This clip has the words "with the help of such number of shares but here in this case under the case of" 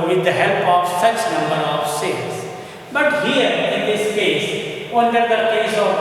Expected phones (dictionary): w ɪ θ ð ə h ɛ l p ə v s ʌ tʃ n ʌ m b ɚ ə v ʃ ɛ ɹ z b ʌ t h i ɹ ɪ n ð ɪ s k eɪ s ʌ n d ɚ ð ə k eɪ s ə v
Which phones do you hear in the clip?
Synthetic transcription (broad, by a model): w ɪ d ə h ɛ l p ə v s ʌ tʃ n ʌ m b ɚ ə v s ɛ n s b ʌ t h i ɹ ɪ n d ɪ s k eɪ s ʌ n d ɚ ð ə k eɪ s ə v